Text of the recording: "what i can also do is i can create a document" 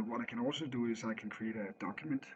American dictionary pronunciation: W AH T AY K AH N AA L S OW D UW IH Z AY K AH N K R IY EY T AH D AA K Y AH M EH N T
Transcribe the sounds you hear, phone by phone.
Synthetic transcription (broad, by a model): W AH T AY K AH N AA L S OW D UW IH Z AY K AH N K R IY EY T AH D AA K Y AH M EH N T